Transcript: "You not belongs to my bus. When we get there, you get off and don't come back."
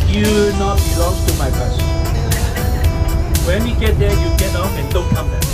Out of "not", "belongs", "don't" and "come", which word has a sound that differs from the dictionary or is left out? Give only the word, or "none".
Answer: belongs